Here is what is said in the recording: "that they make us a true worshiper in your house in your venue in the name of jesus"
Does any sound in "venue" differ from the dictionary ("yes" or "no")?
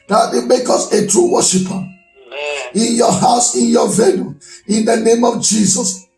yes